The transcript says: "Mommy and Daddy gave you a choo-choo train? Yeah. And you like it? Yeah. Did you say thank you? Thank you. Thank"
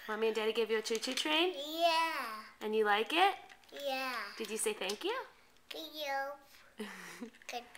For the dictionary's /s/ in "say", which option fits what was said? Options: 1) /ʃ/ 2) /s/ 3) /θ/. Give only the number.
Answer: 2